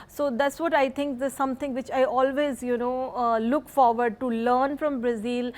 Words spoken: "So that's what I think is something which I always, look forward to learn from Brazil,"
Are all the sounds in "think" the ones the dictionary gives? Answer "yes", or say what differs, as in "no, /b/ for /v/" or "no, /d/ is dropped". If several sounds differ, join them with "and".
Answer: no, /t/ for /θ/